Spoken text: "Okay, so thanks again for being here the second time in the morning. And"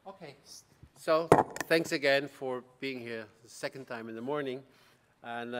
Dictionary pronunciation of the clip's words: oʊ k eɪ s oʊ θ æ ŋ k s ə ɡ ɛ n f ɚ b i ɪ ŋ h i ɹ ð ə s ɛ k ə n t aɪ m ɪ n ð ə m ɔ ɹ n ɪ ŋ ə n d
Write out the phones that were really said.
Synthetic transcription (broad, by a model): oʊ k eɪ s oʊ θ æ ŋ k s ə ɡ ɛ n f ɚ b i ɪ ŋ h i ɹ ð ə s ɛ k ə n t aɪ m ɪ n ð ə m ɔ ɹ n ɪ ŋ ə n